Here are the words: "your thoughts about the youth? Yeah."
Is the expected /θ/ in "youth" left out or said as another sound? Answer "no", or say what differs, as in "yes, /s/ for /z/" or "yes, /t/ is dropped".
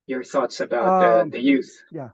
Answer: no